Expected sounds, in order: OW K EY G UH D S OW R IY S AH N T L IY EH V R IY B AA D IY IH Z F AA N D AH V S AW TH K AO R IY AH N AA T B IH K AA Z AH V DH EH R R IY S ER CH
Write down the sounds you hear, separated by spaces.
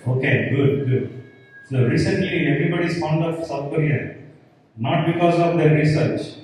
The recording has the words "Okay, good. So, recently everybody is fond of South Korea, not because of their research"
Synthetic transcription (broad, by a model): OW K EY G UH D S OW R IY S AH N T L IY EH V R IY B AA D IY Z F AA N D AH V S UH F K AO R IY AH N AA T B IH K AA Z AH V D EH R R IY S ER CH